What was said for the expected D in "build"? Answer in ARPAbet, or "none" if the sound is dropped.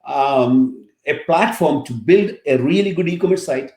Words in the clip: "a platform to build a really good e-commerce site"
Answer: D